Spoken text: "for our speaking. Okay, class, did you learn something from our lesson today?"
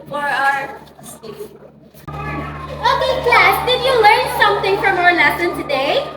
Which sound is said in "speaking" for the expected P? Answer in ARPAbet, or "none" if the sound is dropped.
none